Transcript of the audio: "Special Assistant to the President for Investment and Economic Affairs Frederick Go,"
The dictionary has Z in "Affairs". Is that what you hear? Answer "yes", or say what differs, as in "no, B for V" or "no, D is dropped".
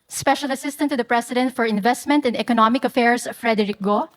no, S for Z